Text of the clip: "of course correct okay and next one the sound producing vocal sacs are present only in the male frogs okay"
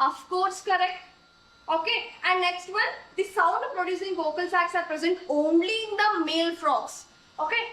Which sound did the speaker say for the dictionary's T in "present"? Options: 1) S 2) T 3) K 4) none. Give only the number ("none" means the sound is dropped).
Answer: 2